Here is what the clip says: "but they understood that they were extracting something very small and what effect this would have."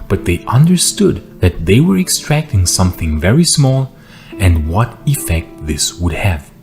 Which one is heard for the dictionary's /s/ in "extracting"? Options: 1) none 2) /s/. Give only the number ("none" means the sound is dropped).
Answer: 2